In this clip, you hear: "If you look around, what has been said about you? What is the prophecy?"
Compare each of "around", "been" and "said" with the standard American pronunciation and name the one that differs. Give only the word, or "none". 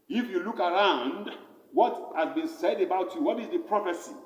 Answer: none